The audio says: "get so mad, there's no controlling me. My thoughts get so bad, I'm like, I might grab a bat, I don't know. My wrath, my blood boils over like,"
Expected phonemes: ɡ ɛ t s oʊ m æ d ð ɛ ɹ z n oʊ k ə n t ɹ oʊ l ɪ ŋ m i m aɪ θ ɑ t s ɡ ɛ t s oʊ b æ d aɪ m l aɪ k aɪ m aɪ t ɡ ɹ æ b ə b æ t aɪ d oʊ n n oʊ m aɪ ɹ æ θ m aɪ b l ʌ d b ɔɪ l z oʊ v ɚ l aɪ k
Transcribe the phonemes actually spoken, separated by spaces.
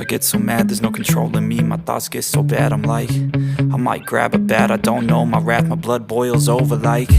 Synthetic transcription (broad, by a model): ɡ ɛ t s oʊ m æ d ð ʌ ɹ z n oʊ k n t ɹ oʊ l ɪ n m i m aɪ θ ɑ t s ɡ ɛ t s oʊ b æ d aɪ m l aɪ k aɪ m aɪ t ɡ ɹ æ b ə b æ t aɪ d oʊ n n oʊ m aɪ ɹ æ θ m aɪ b l ʌ d b ɔɪ l z oʊ v ɚ l aɪ k